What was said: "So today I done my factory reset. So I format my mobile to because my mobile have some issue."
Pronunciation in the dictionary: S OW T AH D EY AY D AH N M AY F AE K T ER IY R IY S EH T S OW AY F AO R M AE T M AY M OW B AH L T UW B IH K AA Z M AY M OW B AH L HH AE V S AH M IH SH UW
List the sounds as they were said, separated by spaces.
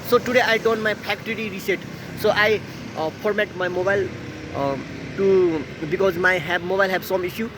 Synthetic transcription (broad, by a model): S OW T AH D EY AY D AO N M AY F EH K T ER IY R IY S EH T S OW AY P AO R M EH T M AY M OW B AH L T UW B IH K AA Z M AY M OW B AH L HH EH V S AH M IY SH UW